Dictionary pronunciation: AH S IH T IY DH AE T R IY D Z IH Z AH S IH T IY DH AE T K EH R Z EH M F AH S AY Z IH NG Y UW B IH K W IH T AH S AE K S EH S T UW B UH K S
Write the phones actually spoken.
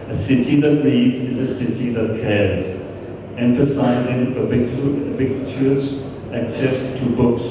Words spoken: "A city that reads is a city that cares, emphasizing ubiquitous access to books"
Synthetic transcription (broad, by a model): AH S IH T IY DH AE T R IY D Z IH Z AH S IH T IY DH AE T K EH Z EH M F AH S AY Z IH NG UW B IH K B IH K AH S AE K S EH S T UW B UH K S